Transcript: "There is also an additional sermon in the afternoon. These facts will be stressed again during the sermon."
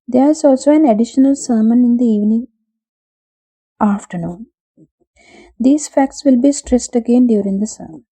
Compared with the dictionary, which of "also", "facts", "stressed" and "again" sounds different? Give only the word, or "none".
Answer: none